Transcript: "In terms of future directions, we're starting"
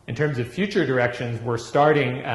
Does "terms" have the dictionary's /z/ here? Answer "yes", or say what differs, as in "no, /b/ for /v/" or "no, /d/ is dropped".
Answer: yes